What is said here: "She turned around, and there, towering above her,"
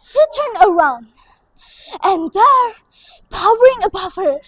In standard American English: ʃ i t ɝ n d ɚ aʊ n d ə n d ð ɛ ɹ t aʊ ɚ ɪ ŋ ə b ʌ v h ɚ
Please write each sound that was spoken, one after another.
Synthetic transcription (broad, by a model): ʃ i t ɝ n ɚ aʊ n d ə n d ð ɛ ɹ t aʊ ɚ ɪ ŋ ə b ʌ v h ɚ